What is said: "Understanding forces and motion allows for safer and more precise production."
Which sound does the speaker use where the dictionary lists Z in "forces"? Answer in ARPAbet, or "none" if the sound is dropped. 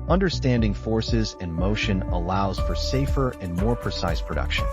Z